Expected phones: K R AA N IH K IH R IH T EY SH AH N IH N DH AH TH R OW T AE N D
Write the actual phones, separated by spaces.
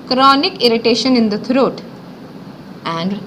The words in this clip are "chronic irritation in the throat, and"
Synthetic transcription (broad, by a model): K R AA N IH K IH R IH T EY SH AH N IH N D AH T R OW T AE N D